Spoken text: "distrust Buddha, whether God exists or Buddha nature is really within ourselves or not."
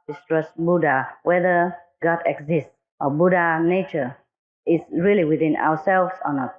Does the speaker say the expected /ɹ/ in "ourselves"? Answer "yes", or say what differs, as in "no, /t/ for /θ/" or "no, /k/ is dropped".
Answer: no, /w/ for /ɹ/